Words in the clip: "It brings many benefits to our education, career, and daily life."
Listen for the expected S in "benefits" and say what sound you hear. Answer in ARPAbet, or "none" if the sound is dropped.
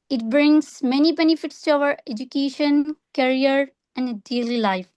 S